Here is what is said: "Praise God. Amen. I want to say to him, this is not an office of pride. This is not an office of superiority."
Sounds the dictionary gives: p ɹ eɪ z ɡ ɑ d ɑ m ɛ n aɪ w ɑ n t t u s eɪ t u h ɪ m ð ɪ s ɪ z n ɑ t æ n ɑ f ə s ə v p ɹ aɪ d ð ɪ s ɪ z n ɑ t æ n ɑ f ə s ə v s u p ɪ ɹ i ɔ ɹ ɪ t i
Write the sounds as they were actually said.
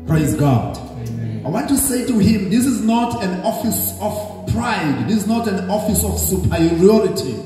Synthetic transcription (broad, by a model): p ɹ eɪ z ɡ ɑ d ɑ ɪ w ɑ n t t u s eɪ t u h ɪ m ð ɪ s ɪ z n ɑ t æ n ɑ f ə s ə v p ɹ aɪ d ð ɪ s ɪ z n ɑ t æ n ɑ f ə s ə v s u p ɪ ɹ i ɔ ɹ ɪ t i